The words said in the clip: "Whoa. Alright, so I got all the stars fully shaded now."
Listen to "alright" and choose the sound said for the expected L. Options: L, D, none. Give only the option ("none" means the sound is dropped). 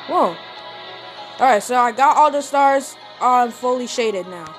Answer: none